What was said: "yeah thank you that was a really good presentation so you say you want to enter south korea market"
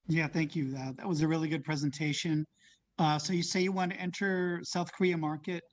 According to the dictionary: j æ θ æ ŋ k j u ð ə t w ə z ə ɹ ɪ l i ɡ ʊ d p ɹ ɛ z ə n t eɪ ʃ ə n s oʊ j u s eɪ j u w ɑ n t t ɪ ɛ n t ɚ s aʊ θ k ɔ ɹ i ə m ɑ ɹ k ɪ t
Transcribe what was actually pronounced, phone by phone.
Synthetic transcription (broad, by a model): j æ θ æ ŋ k j u ð ə t w ə z ə ɹ ɪ l i ɡ ʊ d p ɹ ɛ z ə n t eɪ ʃ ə n s oʊ j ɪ s eɪ j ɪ w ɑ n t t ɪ ɛ n t ɚ s aʊ θ k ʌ ɹ i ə m ɑ ɹ k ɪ t